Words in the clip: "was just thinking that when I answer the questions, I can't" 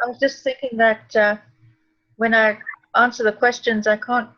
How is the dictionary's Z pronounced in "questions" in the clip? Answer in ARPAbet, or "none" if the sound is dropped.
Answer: Z